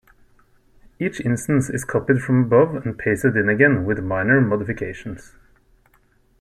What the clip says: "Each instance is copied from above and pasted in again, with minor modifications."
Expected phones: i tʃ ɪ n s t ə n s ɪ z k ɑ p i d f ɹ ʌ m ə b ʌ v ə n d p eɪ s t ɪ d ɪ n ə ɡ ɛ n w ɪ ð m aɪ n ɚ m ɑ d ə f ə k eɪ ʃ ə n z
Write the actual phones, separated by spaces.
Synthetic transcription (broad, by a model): i tʃ ɪ n s t ə n s ɪ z k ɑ p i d f ɹ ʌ m ə b ʌ v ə n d p eɪ s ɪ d ɪ n ə ɡ ɛ n w ɪ ð m aɪ n ɚ m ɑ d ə f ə k eɪ ʃ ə n s